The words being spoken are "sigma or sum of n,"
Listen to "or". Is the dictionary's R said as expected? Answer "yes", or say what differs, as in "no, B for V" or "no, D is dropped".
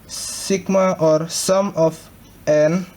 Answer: yes